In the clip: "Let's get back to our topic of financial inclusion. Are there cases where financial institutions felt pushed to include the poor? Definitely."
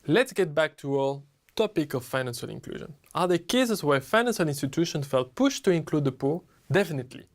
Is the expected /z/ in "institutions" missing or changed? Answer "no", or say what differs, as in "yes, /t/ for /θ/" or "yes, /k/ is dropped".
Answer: yes, /z/ is dropped